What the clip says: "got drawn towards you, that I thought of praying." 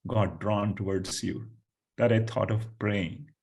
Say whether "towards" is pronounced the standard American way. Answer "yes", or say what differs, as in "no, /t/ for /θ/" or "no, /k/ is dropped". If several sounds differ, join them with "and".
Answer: no, /s/ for /z/